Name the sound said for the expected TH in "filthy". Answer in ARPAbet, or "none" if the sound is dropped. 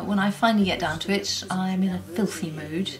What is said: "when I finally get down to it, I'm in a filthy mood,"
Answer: TH